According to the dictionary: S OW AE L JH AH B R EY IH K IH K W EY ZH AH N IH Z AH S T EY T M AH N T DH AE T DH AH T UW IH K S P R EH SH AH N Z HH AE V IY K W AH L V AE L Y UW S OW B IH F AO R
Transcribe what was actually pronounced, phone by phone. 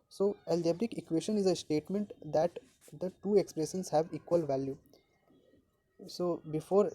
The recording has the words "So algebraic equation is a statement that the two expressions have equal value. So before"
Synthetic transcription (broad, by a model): S OW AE L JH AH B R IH K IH K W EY SH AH N IH Z AH S T EY T M AH N T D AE T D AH T UW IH K S P R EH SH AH N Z HH AE V IY K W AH L V AE L Y UW S OW B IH F AO R